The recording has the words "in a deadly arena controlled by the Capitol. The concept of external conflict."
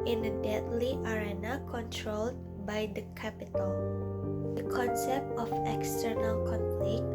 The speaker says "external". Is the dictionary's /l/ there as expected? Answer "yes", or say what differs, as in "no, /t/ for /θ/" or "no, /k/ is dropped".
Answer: yes